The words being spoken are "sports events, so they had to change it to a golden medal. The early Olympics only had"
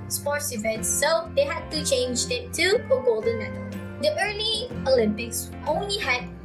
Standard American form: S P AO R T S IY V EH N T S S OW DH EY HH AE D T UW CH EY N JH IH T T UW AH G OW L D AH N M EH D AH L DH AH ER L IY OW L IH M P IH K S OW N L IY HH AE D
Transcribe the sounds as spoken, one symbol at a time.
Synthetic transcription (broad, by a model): S P AO R T S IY V EH N T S S OW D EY HH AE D T UW CH EY N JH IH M T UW AH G OW L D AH N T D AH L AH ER L IY OW L IH M P IH K S OW N L IY HH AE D